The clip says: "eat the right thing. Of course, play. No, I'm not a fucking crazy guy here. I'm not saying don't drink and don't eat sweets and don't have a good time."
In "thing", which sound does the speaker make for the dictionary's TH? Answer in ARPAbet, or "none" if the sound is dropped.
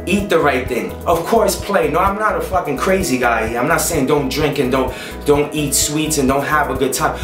TH